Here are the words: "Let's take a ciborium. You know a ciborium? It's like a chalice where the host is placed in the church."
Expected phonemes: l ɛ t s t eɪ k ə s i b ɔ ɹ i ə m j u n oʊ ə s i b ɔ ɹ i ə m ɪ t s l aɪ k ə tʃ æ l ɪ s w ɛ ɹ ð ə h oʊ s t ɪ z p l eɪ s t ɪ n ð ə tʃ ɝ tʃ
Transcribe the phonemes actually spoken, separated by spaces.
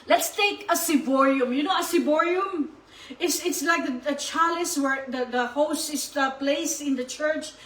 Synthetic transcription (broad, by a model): l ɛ t s t eɪ k ə s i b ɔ ɹ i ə m j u n oʊ ə s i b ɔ ɹ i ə m ɪ t s l aɪ k ə tʃ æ l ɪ s w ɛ ɹ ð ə h oʊ s t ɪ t p l eɪ s ɪ n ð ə tʃ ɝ tʃ